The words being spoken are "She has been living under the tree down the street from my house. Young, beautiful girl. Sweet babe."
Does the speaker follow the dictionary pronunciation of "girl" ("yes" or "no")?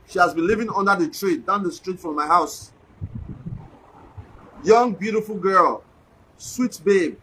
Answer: yes